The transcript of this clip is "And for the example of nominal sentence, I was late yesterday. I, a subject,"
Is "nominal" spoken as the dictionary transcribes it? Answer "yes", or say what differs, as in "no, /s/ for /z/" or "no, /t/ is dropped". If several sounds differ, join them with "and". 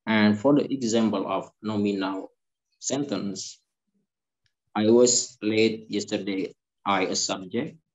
no, /w/ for /l/